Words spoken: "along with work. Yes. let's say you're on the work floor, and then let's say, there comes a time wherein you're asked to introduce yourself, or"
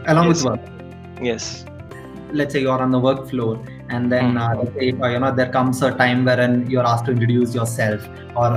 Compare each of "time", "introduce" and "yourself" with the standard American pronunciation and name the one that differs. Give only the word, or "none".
introduce